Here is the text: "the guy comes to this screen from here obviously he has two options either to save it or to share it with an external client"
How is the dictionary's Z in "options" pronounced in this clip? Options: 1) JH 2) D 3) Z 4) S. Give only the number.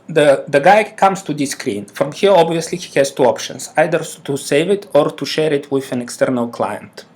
4